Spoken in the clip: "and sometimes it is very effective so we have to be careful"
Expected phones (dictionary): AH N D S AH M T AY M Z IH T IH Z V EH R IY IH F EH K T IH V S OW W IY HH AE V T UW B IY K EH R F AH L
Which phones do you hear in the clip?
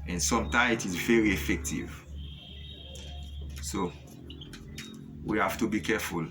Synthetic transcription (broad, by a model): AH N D S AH M T AY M IH T IH Z V EH R IY IH F EH K T IH V S OW W IY HH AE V T UW B IY K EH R F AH L